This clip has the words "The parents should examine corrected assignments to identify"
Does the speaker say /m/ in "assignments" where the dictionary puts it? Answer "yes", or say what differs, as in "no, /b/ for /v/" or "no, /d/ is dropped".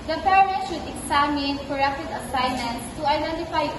no, /m/ is dropped